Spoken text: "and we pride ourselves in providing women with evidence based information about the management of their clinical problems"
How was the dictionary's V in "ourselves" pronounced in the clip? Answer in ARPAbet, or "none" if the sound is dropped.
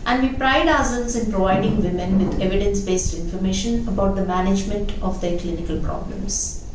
none